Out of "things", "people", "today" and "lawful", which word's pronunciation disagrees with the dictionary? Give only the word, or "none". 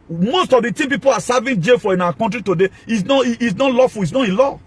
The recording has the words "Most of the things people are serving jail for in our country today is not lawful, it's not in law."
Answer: things